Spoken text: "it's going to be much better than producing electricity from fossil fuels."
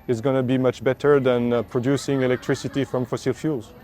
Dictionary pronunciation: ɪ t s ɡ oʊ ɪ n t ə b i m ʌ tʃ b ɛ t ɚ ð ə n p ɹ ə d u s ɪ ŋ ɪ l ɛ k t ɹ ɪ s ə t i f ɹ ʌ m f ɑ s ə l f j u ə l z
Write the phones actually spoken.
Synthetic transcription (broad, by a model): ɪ t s ɡ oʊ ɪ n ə b i m ʌ tʃ b ɛ t ɚ ð ə n p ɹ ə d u s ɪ ŋ ɪ l ɛ k t ɹ ɪ s ə t i f ɹ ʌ m f ɑ s ə l f j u l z